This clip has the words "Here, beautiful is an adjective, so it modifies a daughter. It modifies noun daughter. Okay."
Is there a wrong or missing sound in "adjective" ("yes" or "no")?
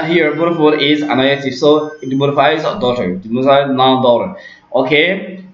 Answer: yes